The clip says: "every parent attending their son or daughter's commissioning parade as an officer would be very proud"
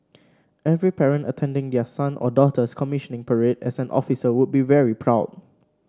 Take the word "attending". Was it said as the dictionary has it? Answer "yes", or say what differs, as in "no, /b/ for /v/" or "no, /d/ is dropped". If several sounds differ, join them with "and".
yes